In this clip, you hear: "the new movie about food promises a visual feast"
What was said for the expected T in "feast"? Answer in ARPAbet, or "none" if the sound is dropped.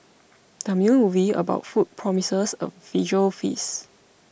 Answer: none